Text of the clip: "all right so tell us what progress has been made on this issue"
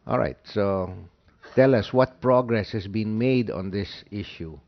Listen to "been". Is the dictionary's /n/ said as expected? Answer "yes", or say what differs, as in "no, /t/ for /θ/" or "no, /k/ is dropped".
yes